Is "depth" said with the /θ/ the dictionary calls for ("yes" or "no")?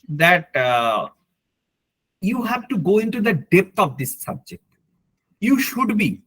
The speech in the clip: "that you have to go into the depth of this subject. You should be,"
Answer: no